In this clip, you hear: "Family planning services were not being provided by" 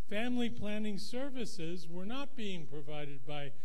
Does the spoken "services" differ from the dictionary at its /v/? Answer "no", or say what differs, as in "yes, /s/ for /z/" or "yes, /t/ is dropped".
no